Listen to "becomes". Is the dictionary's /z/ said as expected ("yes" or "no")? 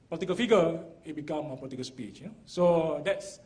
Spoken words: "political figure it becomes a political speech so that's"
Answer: no